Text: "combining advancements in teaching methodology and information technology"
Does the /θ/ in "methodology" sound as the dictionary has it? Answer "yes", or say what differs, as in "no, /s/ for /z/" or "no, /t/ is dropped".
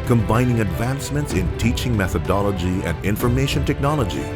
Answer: yes